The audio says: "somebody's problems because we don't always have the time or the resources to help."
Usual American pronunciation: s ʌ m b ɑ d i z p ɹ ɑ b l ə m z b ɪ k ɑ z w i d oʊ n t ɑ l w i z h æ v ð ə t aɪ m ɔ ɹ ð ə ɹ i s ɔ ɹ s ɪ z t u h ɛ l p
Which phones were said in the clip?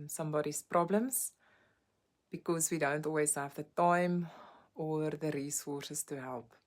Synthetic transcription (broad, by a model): s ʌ m b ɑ d i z p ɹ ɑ b l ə m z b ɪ k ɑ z w i d oʊ n t ɑ l w i z h æ v ð ə t aɪ m ɔ ɹ ð ə ɹ i s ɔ s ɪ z t u h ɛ l p